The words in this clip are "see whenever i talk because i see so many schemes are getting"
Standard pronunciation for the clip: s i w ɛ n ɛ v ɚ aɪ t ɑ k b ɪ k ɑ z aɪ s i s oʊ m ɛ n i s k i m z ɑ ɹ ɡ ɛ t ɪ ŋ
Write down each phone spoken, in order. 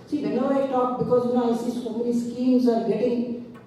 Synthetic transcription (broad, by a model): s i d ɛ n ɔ ɚ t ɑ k b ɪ k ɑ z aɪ s i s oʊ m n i s k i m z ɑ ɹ ɡ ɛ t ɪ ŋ